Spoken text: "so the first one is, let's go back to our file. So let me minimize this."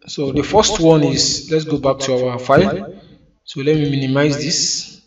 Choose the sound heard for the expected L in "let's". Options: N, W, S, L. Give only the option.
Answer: L